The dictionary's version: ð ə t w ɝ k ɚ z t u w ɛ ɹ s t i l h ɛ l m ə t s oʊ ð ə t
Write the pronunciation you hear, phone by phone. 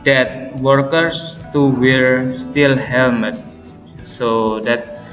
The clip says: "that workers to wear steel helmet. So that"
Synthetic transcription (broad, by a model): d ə t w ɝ k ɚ s t u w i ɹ s t i l h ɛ m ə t s oʊ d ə t